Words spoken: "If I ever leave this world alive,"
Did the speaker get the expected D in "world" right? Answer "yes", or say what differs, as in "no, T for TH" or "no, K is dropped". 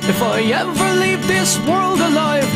yes